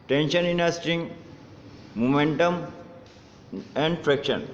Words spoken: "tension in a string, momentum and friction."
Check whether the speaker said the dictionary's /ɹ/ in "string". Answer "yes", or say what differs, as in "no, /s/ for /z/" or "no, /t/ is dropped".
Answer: no, /ɹ/ is dropped